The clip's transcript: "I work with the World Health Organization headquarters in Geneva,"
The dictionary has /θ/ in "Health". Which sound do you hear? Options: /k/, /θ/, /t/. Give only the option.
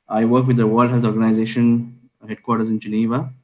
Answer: /t/